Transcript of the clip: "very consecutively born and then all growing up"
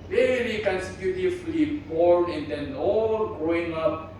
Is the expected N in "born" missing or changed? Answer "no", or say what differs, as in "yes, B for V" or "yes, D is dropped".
yes, N is dropped